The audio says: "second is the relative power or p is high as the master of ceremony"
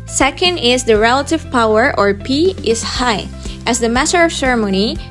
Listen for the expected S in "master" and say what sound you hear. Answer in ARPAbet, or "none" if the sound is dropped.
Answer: none